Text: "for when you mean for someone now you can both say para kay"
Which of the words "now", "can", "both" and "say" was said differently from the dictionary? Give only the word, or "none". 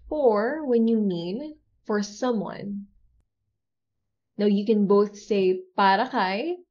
none